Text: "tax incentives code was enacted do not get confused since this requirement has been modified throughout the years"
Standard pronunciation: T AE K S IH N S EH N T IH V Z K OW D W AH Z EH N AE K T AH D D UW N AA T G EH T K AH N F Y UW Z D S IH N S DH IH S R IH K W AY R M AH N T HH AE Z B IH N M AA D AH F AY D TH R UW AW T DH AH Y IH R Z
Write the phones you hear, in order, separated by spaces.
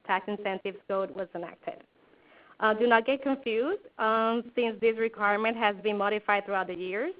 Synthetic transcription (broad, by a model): T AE K S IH N S EH N T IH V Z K OW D W AH Z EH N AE K T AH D D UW N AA T G EH T K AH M F Y UW Z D S IH N S DH IH S R IH K W AY R M AH N T HH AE Z B IH N M AA D AH F AY D TH R UW AW T DH AH Y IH R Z